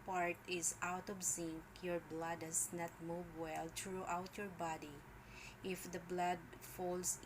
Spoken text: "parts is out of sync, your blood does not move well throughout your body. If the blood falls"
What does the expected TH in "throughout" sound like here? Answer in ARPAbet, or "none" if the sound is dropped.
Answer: T